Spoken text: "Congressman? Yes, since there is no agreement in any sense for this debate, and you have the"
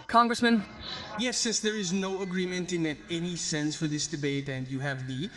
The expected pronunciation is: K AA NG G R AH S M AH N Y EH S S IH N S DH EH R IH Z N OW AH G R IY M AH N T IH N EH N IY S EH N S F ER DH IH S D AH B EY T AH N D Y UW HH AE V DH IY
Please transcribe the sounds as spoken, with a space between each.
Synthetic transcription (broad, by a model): K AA NG G R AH S M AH N Y EH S S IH S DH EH R IH Z N OW AH G R IY M AH N T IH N EH N IY S EH N S F ER DH IH S D AH B EY T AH N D Y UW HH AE V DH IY